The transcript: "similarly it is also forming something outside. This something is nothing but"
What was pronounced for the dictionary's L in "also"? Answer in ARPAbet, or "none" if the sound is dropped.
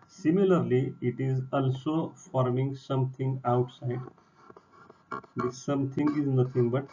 L